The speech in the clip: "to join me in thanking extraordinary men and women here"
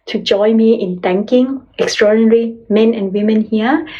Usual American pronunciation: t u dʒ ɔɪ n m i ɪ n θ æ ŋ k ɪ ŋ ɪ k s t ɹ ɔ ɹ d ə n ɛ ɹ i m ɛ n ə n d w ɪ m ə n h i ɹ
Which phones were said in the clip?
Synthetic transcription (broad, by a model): t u dʒ ɔɪ m i ɪ n t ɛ ŋ k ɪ ŋ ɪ k s t ɹ ɔ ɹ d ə n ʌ ɹ i m ɛ n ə n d w ɪ m ə n h i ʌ